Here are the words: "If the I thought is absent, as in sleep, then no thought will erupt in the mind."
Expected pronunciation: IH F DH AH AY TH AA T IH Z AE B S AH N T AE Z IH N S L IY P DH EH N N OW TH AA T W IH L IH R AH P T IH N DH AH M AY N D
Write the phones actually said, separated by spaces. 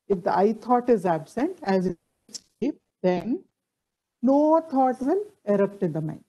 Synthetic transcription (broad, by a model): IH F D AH AY T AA T IH Z AE B S AH N T AE Z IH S IY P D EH N N OW T AA T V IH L IH R AH P T IH N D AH M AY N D